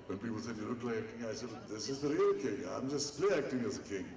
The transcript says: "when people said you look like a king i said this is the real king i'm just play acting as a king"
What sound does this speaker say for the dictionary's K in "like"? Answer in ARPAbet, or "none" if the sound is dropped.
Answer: none